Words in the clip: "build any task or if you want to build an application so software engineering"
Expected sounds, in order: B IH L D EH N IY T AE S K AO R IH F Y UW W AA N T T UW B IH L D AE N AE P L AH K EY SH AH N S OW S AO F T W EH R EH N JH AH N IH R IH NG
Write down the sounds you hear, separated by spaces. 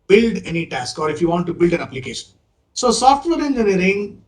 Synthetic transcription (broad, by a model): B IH L D EH N IY T AE S K AO R IH F Y UW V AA N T T UW B IH L D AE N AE P L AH K EY SH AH N S OW S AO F T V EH R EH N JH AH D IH R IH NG